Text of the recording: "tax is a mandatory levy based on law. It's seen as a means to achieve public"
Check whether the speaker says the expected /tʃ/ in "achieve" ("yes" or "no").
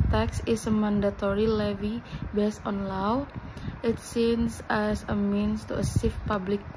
no